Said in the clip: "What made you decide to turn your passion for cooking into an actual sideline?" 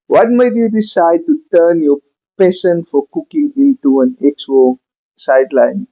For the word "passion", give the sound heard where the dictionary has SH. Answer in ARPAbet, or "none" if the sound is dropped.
S